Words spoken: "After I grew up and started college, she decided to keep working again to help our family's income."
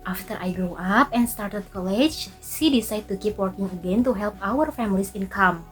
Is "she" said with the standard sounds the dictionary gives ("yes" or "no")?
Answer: no